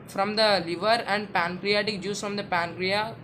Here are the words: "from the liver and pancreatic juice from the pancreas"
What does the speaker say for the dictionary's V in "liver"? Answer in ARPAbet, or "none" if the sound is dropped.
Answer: V